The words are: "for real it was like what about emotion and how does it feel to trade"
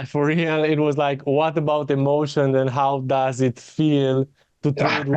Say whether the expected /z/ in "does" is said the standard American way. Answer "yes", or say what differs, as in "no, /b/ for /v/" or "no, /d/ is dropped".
yes